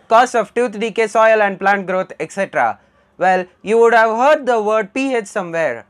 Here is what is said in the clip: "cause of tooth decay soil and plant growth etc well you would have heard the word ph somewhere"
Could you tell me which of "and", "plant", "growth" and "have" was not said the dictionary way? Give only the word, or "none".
growth